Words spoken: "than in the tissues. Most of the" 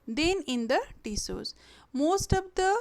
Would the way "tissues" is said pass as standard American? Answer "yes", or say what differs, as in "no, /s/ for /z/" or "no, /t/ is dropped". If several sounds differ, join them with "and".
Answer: no, /s/ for /ʃ/